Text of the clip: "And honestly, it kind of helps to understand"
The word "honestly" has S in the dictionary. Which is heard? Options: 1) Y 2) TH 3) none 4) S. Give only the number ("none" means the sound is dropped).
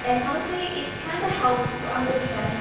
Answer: 3